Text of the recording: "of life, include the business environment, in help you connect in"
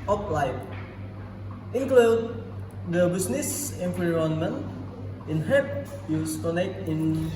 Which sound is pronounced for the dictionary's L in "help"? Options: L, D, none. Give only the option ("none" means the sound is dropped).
none